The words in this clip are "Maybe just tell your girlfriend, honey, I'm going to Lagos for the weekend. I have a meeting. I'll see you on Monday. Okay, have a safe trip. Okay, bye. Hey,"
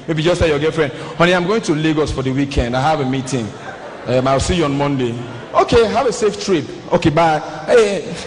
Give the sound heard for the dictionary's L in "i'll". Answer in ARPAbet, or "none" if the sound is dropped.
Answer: W